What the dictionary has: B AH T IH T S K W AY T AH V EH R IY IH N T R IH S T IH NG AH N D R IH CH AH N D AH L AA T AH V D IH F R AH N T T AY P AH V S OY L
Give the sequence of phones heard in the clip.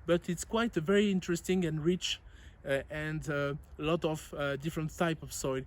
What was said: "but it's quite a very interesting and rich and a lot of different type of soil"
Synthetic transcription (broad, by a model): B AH T IH T S K W AY T AH V EH R IY IH N T R IH S T IH NG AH N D R IH CH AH N D AH L AA T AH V D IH F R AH N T T AY P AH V S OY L